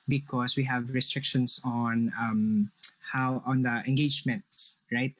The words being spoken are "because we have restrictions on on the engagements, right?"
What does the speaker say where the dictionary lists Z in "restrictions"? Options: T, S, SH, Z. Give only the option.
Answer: S